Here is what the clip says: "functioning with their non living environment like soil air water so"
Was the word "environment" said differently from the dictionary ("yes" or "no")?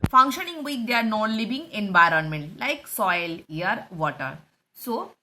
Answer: no